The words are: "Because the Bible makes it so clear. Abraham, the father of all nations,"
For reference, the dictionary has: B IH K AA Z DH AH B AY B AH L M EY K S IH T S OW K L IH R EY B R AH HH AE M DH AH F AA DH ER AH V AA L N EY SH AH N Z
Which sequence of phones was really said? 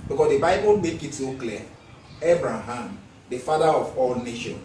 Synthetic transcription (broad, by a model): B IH K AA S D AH B AY B AH L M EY K IH T S OW K L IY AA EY B R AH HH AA M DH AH F AA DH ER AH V AA L N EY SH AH N